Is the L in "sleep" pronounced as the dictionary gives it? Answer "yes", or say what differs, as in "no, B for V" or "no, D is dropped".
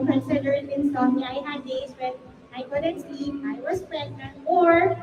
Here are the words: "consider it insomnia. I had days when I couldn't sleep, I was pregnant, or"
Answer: no, L is dropped